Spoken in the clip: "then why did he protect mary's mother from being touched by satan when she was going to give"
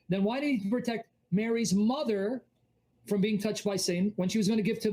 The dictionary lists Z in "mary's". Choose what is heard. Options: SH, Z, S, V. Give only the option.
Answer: Z